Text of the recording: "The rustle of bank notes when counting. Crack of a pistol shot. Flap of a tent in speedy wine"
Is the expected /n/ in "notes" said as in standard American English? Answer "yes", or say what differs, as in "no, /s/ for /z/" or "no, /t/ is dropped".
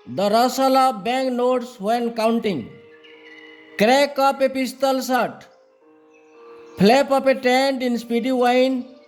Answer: yes